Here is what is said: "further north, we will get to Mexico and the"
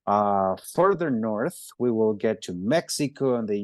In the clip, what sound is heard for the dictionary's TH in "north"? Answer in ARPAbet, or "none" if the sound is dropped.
TH